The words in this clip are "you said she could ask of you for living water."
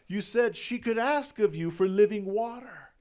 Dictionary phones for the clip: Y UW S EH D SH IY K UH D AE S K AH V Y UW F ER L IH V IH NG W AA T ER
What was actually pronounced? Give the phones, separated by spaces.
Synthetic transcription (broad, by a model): Y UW S EH D SH IY K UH D AE S K AH V Y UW F ER L IH V IH NG W AA T ER